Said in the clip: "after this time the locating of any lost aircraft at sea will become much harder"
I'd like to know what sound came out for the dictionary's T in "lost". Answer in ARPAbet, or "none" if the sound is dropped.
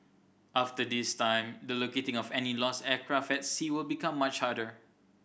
none